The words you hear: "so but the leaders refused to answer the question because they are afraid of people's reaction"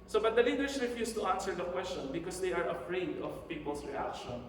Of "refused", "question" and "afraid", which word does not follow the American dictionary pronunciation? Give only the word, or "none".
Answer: refused